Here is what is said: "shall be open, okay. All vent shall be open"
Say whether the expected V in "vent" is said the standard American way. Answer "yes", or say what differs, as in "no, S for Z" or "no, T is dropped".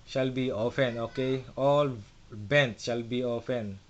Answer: no, B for V